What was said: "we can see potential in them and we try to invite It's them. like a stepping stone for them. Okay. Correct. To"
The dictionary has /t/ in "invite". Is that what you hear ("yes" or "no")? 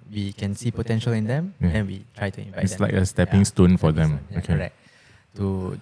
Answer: no